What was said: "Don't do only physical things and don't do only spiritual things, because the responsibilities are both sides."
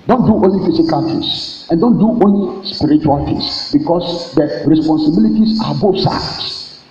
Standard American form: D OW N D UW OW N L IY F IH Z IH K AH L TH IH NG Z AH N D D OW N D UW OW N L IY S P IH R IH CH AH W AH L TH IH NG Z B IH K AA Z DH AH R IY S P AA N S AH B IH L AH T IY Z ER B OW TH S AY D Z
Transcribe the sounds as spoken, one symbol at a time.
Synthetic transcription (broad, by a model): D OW N D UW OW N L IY F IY S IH K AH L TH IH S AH N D D OW N D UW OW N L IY S P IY R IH CH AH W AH L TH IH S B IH K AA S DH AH R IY S P AA N S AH B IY L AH T IY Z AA B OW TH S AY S